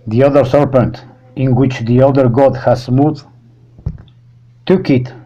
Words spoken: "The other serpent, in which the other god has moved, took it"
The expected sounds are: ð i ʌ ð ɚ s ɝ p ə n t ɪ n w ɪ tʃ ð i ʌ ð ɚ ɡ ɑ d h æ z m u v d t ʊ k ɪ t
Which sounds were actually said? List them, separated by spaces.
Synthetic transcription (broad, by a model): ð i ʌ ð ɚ s ɝ p ə n t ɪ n w ɪ tʃ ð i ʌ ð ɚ ɡ ɑ d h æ s m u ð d t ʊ k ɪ t